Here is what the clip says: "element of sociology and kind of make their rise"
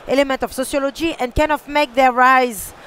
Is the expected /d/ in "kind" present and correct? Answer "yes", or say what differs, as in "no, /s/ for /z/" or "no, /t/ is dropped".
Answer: no, /d/ is dropped